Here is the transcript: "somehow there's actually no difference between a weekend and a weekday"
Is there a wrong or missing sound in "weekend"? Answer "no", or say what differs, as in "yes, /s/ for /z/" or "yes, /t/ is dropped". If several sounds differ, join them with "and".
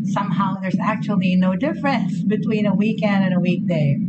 no